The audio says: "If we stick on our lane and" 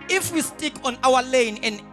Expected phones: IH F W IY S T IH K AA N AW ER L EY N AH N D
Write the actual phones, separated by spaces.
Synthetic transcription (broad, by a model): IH F W IY S T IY K AA N AW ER L EY N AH N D